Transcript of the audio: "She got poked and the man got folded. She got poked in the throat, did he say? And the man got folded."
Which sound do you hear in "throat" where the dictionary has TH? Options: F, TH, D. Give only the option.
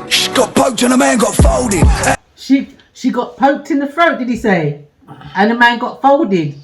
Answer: F